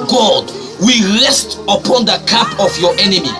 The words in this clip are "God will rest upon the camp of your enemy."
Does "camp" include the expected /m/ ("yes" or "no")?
no